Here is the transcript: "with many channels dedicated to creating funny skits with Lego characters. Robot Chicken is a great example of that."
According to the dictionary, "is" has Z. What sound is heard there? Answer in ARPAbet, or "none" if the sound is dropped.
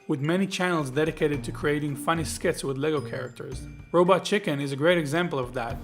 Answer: Z